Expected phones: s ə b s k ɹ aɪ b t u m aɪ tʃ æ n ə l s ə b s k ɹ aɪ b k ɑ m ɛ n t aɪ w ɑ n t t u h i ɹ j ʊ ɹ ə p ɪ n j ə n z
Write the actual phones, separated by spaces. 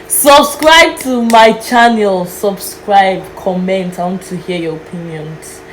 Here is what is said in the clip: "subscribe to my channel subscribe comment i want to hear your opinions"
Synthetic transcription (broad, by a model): s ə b s k ɹ aɪ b t u m aɪ tʃ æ n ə l s ə b s k ɹ aɪ b k ɑ m ɛ n t aɪ w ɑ n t t u h i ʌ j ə p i n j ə n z